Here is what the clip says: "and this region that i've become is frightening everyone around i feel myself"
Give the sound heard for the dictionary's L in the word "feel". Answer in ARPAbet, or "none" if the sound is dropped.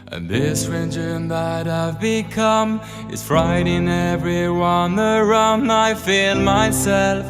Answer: L